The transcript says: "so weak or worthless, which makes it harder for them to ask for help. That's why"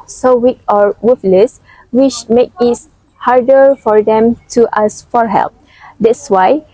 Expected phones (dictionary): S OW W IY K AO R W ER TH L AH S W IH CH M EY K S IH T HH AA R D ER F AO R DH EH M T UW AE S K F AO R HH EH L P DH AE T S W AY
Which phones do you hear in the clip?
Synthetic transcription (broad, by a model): S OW W IY K AO R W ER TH L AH S W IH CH M EY K IH T HH AA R D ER F AO R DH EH M T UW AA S F AO R HH EH L P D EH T S W AY